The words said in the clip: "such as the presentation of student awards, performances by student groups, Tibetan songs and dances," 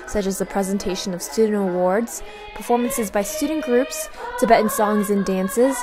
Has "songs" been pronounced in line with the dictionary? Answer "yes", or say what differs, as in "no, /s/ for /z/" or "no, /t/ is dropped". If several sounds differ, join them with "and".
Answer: yes